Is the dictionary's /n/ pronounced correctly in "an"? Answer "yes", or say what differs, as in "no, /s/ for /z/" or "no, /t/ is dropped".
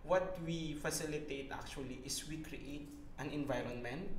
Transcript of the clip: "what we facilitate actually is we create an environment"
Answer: yes